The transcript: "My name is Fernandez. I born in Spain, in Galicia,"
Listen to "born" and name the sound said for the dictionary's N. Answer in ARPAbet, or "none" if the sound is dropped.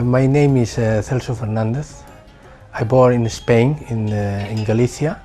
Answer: none